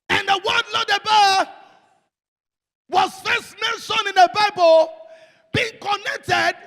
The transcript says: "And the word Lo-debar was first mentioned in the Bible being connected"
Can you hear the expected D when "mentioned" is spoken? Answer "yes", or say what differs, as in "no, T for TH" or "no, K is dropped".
no, D is dropped